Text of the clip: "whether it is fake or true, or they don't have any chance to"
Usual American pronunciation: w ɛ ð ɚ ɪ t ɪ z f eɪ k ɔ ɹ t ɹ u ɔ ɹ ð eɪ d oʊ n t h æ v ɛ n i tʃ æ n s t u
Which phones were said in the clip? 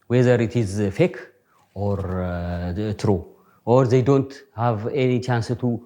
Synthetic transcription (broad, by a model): w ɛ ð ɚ ɪ t ɪ z f eɪ k ɔ ɹ t ɹ u ɔ ɹ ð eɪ d oʊ n t h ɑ v ɛ n i tʃ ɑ n s t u